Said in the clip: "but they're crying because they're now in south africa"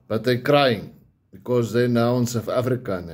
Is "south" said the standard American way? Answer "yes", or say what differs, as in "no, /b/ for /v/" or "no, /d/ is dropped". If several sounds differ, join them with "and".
no, /f/ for /θ/